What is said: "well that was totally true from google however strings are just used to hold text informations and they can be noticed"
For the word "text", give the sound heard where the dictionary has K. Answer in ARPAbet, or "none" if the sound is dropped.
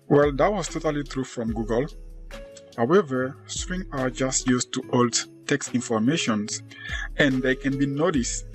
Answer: K